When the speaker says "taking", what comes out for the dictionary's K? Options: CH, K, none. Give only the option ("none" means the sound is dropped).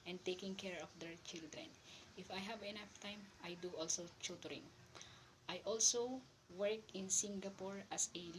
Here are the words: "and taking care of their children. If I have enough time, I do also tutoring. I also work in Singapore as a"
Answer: K